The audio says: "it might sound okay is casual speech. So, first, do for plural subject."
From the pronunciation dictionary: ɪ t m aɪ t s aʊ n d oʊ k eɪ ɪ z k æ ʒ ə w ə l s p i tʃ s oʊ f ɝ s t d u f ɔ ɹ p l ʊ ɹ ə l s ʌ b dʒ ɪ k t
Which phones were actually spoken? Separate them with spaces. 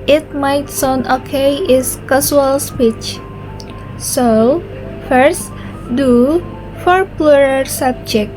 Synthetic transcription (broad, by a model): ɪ t m aɪ t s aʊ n oʊ k eɪ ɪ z k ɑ s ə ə l s p i tʃ s oʊ f ɝ s t d u f ɔ ɹ p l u ɹ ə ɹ s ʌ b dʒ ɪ k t